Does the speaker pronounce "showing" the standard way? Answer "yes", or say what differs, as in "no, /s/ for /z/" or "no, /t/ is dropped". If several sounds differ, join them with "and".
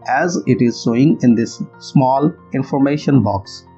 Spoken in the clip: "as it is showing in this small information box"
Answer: no, /s/ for /ʃ/